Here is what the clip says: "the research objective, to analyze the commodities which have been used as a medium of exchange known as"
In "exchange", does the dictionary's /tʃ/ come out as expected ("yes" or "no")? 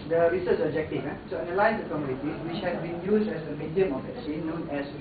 no